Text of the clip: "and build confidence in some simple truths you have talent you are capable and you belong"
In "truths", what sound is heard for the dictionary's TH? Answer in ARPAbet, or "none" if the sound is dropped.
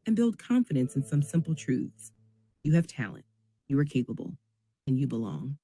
TH